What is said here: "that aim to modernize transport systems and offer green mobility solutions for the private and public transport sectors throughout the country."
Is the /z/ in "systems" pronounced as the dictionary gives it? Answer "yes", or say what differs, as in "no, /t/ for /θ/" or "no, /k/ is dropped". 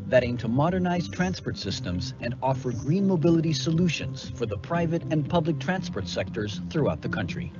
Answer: yes